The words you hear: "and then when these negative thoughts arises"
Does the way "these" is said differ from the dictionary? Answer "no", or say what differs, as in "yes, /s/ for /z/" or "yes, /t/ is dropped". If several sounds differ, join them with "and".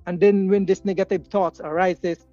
yes, /s/ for /z/